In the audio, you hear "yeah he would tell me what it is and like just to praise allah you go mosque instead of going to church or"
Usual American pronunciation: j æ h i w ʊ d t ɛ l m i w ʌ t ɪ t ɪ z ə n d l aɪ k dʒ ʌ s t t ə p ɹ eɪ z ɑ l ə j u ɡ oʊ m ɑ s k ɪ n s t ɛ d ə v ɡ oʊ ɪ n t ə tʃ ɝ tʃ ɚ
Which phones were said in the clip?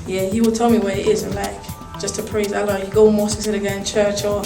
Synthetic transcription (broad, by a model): j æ h i w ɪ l t ɛ l m i w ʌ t ɪ t ɪ z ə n l aɪ k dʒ ʌ s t t ə p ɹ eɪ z ɑ l ə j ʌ ɡ oʊ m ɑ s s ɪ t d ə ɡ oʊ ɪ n tʃ ɝ tʃ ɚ